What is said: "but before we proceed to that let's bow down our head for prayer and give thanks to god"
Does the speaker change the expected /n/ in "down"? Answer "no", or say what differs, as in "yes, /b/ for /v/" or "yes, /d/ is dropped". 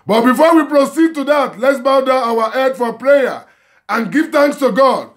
yes, /n/ is dropped